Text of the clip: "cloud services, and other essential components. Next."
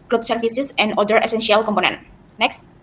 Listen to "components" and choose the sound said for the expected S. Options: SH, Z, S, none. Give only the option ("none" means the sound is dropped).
none